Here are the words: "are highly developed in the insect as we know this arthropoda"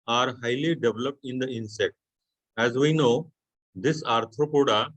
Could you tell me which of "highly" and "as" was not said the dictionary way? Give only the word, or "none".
none